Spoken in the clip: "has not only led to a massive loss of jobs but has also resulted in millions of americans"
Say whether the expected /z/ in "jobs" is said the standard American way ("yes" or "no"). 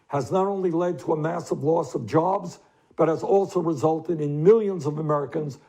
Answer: yes